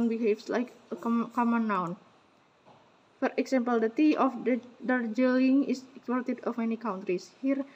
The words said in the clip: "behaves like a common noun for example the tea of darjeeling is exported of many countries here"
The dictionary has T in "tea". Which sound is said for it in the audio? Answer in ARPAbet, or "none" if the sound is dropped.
T